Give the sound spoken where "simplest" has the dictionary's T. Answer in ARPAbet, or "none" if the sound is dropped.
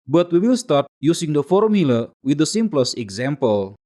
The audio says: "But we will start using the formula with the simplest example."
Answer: none